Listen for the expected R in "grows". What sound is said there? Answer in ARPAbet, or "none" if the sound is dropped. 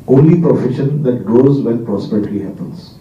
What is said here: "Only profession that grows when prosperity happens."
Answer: none